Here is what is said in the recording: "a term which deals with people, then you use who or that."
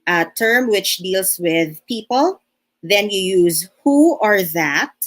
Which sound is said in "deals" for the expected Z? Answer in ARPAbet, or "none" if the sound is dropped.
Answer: S